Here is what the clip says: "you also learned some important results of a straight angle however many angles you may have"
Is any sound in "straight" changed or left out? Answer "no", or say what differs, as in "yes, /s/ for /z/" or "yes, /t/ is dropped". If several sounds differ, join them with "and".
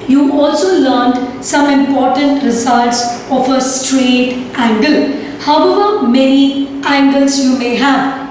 no